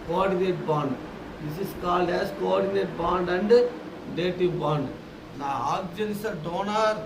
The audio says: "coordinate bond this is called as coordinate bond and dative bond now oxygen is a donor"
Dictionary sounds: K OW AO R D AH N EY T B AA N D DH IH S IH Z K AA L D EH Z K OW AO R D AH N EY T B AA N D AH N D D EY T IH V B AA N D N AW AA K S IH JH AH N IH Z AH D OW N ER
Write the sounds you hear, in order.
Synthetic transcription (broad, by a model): K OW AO R D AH N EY T B AA N D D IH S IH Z K AA L D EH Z K OW AO R D AH N EY T B AA N D AH N D D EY T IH B AA N D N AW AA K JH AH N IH S AH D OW N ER